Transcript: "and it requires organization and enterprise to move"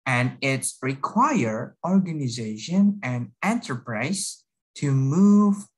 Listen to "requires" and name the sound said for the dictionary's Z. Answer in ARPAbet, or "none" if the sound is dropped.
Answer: none